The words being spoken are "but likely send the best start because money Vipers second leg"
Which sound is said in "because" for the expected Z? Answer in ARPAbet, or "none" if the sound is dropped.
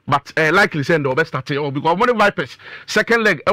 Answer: none